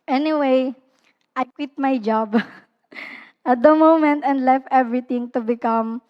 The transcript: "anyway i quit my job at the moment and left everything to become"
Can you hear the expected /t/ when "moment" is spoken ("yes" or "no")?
yes